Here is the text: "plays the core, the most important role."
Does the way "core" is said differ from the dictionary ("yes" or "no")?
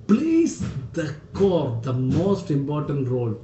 no